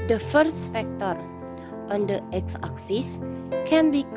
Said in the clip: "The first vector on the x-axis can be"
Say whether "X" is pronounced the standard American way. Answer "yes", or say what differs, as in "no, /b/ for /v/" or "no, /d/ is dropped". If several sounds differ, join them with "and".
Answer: yes